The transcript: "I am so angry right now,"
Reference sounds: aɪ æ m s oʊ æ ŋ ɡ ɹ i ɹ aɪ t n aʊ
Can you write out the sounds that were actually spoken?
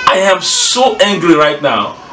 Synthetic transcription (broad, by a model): aɪ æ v s oʊ æ ŋ ɡ ɹ i ɹ aɪ t n aʊ